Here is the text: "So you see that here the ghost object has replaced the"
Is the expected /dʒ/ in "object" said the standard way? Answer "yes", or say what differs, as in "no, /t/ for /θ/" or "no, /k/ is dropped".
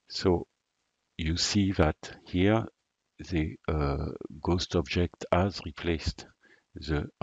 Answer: yes